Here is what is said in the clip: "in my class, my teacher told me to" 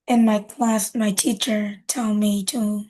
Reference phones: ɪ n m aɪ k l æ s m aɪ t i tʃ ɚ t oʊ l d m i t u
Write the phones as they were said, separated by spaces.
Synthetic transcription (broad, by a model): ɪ n m aɪ k l æ s m aɪ t i tʃ ɚ t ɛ l m i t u